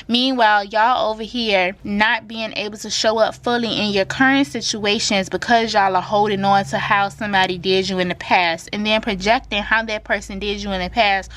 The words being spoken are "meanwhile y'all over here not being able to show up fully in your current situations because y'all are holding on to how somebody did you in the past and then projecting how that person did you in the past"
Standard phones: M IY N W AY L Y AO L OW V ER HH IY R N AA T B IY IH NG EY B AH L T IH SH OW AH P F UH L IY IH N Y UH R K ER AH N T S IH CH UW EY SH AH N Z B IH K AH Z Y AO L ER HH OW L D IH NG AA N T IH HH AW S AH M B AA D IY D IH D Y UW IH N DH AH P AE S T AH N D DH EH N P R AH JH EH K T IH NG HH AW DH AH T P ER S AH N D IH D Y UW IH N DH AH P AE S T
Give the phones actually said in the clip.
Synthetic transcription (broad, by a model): M IY N W AY L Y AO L OW V ER HH IY R N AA T B IY IH NG EY B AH L T IH SH OW AH P F UH L IY IH N Y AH R K ER AH N T S IH CH UW EY SH AH N Z B IH K AH Z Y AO L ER HH OW L D IH NG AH N T IH HH AW S AH M B AA D IY D IH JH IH IH N DH AH P AE S T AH N DH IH N P R AH JH EH K T IH NG HH AW DH AH T P ER S AH N D IH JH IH IH N DH AH P AE S T